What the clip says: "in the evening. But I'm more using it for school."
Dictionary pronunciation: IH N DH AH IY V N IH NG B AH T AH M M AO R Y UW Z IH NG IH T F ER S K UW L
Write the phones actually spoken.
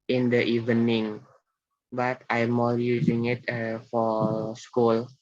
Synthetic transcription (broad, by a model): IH N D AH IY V N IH NG B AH T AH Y M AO L Y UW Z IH NG IH T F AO S K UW L